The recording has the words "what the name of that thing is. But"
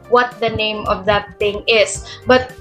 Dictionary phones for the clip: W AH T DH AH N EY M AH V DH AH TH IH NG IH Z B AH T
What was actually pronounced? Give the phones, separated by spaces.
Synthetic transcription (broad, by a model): W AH T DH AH N EY M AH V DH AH T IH NG IH S B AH T